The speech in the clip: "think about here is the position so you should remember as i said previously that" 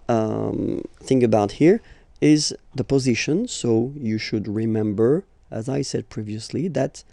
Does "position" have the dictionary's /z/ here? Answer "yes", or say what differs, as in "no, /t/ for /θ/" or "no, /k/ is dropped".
yes